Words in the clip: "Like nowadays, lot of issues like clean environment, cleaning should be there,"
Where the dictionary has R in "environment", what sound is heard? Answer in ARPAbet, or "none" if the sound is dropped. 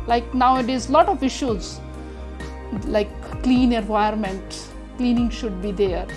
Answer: none